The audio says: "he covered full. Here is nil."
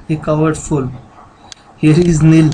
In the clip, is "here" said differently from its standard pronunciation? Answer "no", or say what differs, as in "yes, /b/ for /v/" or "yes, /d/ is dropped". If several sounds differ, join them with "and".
no